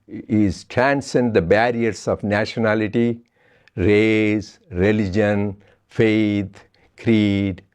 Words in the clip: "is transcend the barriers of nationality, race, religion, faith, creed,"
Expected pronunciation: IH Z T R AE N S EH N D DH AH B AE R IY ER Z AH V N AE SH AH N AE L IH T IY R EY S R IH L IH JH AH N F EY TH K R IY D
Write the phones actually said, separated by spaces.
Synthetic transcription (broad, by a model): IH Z T R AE N S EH N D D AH B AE R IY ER S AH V N AE SH AH N AE L IH T IY R EY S R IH L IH JH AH N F EY T K R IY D